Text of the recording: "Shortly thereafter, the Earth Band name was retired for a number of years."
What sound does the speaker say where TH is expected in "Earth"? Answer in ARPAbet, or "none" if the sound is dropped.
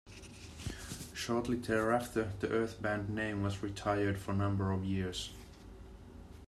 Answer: TH